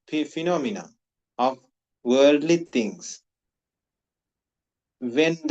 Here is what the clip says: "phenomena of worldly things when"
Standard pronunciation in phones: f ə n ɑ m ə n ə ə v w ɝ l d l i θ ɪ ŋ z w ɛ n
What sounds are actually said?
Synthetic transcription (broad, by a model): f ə n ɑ m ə n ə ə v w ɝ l d l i t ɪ ŋ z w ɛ n